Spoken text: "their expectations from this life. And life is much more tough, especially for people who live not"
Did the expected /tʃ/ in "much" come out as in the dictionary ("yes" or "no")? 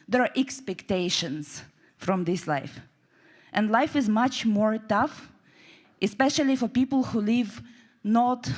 yes